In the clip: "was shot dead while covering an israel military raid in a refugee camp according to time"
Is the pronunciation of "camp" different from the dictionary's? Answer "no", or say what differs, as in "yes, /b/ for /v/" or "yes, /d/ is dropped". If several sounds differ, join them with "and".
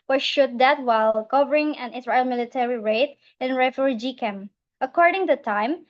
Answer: yes, /p/ is dropped